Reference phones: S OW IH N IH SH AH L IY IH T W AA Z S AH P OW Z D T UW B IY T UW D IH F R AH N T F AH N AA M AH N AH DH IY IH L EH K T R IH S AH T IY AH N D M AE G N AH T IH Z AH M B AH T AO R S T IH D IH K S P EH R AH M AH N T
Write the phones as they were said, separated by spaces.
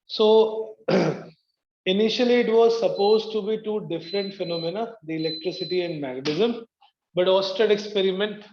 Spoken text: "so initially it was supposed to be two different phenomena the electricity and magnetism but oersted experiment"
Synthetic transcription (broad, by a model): S OW IH N IH SH AH L IY IH T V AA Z S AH P OW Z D T UW B IY T UW D IH F R AH N T F AH N AA M AH N AH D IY IH L EH K T R IH S AH T IY AH N D M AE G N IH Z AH M B AH T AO S T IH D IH K S P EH R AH M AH N T